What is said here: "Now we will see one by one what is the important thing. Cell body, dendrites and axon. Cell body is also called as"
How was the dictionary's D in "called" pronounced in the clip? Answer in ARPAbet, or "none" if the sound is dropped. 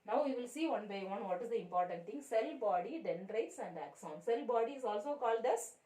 D